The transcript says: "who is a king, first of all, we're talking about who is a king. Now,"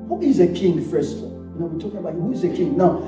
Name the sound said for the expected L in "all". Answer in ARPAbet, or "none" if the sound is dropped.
N